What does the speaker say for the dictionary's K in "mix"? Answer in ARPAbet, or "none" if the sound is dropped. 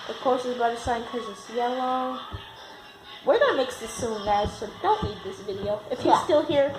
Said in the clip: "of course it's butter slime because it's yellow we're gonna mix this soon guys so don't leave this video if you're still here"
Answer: K